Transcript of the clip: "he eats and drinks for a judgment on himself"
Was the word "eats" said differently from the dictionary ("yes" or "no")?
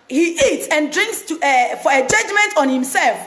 no